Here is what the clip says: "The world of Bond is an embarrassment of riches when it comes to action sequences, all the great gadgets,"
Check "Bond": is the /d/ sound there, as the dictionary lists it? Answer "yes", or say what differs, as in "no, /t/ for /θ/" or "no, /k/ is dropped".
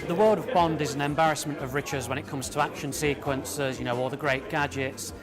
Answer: yes